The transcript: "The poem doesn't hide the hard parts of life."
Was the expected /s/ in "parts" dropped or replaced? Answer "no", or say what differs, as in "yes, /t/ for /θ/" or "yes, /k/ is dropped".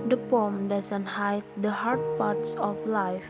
no